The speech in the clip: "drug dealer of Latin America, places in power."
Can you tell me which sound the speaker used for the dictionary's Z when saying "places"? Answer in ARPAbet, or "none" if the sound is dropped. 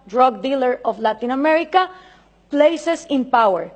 S